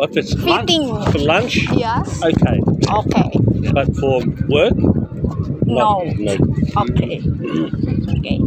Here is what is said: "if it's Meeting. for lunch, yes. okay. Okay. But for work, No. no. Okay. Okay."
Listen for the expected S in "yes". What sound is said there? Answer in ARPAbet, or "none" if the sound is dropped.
none